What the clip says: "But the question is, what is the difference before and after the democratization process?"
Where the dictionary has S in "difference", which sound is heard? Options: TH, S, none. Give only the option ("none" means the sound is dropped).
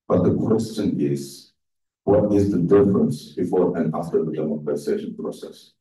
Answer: S